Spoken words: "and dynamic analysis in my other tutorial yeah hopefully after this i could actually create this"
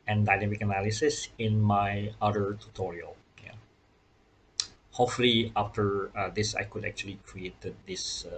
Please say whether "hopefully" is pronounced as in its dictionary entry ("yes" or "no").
no